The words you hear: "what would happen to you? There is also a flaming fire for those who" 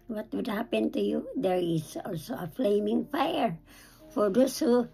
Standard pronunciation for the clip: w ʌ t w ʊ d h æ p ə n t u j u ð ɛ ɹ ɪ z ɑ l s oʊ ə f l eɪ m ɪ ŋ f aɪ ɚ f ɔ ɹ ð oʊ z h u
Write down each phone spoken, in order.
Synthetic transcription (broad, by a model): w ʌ t w ʊ d h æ p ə n t u j u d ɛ ɹ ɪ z ɑ l s oʊ ə f l eɪ m ɪ ŋ f aɪ ɚ f ɔ ɹ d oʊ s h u